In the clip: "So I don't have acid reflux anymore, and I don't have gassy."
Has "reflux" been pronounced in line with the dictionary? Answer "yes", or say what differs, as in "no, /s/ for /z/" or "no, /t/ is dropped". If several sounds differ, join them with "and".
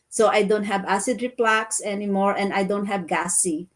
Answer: no, /p/ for /f/